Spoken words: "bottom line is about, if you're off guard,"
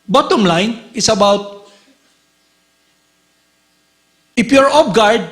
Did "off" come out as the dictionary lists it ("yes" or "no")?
no